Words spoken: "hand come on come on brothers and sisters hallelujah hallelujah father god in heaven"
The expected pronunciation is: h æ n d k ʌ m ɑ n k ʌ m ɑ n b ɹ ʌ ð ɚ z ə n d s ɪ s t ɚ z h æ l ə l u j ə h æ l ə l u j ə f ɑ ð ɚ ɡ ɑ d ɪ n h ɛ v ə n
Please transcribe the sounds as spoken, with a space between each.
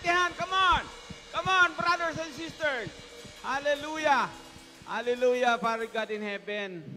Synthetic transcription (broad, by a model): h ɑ n k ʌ m ɑ n k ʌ m ɑ n b ɹ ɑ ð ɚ s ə n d s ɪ s t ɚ s h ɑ l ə l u j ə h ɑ l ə l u j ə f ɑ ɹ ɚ ɡ ɑ d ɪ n h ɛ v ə n